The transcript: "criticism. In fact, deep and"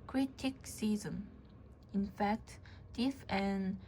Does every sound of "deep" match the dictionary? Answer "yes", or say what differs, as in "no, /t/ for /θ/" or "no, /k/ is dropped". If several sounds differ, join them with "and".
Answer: no, /f/ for /p/